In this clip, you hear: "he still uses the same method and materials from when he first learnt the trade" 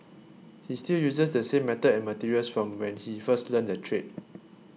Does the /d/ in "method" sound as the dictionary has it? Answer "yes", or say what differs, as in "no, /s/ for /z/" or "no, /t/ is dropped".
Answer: no, /d/ is dropped